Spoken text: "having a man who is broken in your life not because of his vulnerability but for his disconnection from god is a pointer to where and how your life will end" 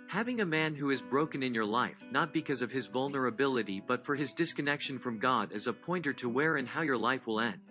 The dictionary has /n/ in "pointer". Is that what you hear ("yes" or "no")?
yes